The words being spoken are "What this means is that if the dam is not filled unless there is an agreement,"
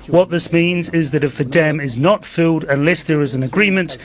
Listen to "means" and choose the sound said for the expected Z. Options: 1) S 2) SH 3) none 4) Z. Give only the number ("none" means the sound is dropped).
4